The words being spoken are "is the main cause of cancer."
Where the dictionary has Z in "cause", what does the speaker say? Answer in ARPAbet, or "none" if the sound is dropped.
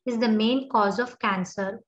Z